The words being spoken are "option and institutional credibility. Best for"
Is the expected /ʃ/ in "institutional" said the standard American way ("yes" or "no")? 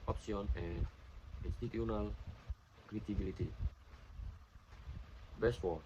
no